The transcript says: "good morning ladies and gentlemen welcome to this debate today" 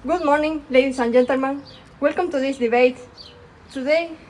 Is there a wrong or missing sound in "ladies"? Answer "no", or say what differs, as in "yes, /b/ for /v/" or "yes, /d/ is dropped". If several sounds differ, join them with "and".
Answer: yes, /s/ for /z/